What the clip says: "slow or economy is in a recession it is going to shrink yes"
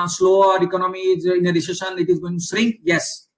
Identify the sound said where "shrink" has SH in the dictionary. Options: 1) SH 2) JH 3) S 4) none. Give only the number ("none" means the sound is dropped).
3